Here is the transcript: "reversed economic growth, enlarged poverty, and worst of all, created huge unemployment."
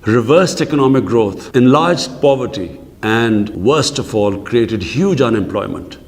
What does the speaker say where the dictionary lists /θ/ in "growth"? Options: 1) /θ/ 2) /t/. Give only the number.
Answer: 2